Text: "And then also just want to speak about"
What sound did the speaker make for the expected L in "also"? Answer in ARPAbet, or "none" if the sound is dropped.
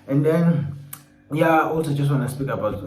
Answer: L